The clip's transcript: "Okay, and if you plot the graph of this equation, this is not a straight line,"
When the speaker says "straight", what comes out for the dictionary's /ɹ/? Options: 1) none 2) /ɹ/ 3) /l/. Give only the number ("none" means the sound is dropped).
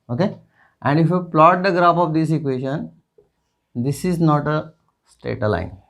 1